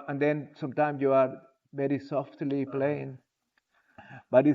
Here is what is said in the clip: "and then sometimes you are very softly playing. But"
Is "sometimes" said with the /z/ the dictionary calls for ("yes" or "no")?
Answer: no